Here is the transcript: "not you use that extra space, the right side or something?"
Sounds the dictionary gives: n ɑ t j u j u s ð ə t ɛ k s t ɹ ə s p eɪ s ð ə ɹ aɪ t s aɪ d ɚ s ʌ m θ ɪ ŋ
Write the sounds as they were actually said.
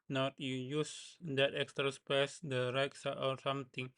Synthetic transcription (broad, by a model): n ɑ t j u j u s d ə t ɛ k s t ɹ ə s p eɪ s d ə ɹ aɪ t s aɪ ɔ s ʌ m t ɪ ŋ